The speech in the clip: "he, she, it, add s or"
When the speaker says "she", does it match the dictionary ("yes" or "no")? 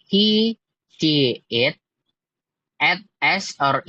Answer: no